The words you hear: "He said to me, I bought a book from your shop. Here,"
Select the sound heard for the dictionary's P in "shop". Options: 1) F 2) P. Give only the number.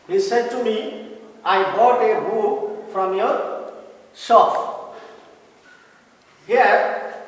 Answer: 1